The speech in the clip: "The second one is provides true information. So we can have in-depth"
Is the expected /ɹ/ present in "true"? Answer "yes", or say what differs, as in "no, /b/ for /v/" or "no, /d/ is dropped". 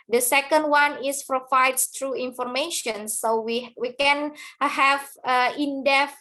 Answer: yes